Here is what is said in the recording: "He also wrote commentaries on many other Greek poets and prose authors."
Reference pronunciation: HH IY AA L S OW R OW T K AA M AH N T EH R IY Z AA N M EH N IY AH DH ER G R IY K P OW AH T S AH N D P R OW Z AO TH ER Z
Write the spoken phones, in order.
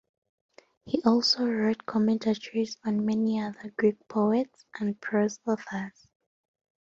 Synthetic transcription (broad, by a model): HH IY AA L S OW R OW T K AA M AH N T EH R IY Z AA N M EH N IY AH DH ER G R IY K P OW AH T S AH N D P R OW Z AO F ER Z